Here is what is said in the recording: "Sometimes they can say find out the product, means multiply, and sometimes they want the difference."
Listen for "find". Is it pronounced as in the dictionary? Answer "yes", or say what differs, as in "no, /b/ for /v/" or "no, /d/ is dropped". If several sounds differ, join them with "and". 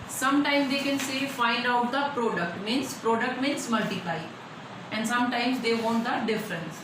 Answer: no, /l/ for /n/